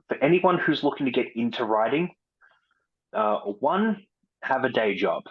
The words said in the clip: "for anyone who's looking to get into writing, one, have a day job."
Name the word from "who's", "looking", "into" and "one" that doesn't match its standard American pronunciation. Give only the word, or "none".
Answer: none